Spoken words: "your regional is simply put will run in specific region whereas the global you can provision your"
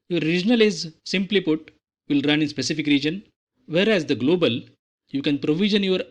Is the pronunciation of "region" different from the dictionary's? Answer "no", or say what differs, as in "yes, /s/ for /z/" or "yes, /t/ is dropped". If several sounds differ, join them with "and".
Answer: no